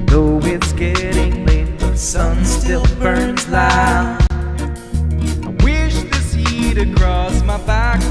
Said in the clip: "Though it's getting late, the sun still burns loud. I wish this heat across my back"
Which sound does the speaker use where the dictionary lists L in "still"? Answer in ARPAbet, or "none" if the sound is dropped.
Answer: L